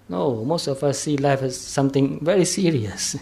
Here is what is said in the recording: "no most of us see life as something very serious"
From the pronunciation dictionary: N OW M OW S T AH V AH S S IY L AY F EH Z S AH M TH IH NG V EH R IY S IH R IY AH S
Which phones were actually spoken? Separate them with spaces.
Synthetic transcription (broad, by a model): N OW M OW S T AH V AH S S IY L AY F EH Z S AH M T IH NG V EH R IY S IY R IY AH S